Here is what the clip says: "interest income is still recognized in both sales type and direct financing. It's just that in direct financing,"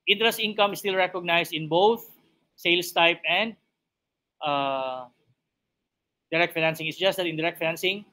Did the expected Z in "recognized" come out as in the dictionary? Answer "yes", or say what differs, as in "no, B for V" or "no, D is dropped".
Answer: no, S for Z